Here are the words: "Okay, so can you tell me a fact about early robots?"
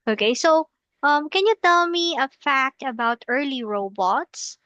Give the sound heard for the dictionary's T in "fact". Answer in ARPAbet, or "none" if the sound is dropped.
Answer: T